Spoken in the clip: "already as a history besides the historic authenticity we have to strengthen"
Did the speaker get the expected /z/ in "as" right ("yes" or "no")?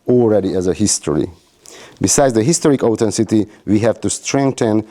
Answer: yes